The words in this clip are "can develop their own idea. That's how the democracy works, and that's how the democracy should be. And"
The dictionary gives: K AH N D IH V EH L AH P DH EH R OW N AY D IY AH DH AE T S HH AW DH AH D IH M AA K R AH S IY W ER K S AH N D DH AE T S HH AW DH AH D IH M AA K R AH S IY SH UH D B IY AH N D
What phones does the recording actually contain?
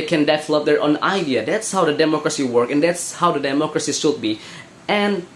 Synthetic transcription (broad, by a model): K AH N D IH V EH L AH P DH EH R OW N AY D IY AH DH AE T S HH AW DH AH D IH M AA K R AH S IY W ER K AH N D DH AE T S HH AW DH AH D IH M AA K R AH S IY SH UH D B IY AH N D